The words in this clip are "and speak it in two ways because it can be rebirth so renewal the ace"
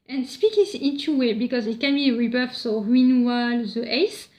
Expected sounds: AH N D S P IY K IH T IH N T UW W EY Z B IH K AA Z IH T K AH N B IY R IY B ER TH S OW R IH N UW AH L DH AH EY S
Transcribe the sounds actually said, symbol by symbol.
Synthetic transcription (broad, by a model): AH N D S P IY K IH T IH N T UW W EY B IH K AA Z IH T K AH N B IY R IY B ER F S OW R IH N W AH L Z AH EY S